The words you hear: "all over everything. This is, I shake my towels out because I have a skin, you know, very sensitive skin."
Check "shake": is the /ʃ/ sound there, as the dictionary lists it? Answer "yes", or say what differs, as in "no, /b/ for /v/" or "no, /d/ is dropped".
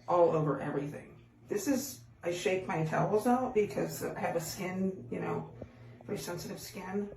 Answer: yes